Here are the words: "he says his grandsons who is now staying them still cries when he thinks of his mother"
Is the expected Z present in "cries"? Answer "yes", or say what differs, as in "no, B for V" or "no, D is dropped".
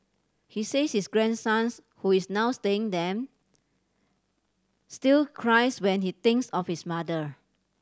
no, S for Z